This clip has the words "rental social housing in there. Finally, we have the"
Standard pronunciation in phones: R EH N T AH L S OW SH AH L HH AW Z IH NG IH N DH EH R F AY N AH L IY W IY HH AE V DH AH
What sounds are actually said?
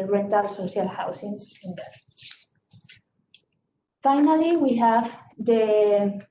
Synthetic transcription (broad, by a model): R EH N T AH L S OW SH AH L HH AW S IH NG IH N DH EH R F AY N AH L IY W IY HH AE V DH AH